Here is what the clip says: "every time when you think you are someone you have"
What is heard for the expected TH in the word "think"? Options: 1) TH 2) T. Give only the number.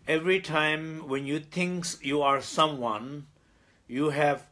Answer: 2